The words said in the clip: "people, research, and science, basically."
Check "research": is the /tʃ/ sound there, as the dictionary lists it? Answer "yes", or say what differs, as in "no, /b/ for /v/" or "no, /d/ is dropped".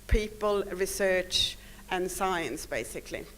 yes